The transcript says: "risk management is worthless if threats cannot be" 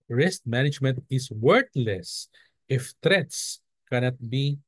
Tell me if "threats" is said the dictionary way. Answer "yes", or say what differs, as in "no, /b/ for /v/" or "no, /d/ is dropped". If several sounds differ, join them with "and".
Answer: no, /t/ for /θ/